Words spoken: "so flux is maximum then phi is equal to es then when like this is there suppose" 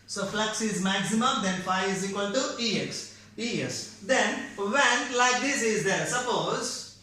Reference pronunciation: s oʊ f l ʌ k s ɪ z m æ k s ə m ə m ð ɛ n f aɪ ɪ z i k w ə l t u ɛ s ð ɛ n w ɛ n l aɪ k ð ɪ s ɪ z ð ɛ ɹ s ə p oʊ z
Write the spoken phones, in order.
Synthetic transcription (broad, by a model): s oʊ f l ʌ k s ɪ z m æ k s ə m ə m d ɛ n f aɪ ɪ z i k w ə l t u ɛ s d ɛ n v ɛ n l aɪ k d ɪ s ɪ z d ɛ ɹ s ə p oʊ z